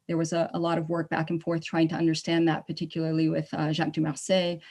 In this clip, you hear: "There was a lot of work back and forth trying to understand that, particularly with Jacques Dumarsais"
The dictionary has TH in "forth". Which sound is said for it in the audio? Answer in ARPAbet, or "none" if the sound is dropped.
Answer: TH